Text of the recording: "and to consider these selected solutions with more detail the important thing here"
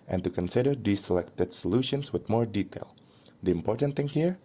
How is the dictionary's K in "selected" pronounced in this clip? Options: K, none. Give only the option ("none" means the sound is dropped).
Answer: K